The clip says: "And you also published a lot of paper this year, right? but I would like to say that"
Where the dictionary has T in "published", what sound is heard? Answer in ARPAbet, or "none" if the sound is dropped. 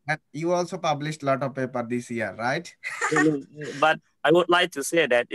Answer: T